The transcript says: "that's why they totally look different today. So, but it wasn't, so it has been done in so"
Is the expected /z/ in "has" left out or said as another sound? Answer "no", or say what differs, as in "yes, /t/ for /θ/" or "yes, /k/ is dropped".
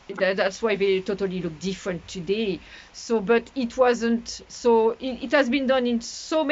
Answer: no